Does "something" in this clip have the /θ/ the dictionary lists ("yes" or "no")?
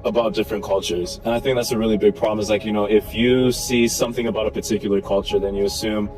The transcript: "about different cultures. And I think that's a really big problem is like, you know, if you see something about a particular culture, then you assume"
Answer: yes